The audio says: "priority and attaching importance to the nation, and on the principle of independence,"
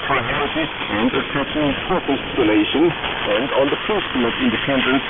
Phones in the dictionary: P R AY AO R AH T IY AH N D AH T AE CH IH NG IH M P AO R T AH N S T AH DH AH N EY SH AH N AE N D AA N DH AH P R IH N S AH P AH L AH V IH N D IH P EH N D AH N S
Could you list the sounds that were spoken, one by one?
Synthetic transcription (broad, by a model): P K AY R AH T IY AH N D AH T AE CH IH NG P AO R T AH L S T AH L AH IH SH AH N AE N D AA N DH AH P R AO S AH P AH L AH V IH N D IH P EH N D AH N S